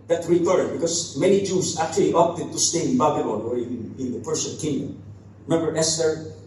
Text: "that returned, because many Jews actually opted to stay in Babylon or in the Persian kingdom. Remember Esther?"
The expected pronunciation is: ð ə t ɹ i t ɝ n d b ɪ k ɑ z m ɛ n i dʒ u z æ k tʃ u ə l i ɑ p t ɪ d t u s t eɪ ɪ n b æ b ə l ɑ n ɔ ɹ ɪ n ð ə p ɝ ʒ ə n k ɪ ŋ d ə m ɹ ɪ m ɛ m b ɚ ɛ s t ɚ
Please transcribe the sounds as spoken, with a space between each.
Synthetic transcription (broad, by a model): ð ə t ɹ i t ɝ d b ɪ k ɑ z m ɛ n i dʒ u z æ k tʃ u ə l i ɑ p t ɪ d t u s t eɪ ɪ n b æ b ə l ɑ n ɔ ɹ ɪ n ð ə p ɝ s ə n k ɪ ŋ d ə m ɹ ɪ m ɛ m b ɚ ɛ s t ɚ